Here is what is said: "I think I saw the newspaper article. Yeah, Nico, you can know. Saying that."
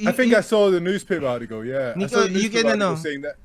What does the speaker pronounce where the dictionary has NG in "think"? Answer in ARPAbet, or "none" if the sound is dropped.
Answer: none